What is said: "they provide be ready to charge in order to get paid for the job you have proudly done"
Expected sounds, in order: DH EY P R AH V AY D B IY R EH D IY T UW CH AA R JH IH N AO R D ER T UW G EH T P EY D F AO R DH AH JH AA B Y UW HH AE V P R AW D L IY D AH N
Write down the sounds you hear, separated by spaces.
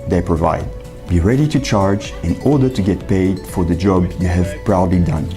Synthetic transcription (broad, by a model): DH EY P R AH V AY D B IY R EH D IY T UW CH AA R JH IH N AO R D ER T UW G EH T P EY D F AO R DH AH JH AA B Y UW HH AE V P R AW D L IY D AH N